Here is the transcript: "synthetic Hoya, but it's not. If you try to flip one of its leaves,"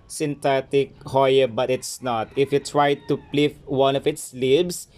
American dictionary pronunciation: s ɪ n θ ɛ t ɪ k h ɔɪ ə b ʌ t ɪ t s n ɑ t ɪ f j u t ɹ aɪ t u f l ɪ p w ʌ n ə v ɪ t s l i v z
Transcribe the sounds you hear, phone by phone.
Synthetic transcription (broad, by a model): s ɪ n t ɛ t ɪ k h ɔɪ ə b ʌ t ɪ t s n ɑ t ɪ f j u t ɹ aɪ t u p l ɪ f w ʌ n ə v ɪ t s l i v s